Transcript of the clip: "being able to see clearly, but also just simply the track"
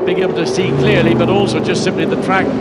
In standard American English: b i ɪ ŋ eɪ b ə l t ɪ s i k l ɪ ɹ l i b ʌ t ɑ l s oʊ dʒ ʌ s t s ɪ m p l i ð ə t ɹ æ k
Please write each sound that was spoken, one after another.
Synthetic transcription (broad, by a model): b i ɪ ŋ eɪ b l t ɪ s i k l ɪ ɹ l i b ʌ t ɑ l s oʊ dʒ ʌ s t s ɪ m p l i ð ə t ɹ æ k